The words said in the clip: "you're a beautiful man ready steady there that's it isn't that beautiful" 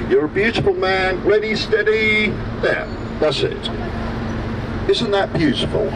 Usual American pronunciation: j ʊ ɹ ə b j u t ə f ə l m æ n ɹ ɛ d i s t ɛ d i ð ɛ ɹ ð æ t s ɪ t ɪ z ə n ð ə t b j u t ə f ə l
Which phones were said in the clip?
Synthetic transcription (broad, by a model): j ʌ ɹ ə b j u t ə f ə l m æ n l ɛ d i s t ɛ d i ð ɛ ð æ t s ɪ t ɪ z ə n ð ə t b j u t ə f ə l